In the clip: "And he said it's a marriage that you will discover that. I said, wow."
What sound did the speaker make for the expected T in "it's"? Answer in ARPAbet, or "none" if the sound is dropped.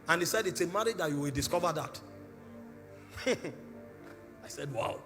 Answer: T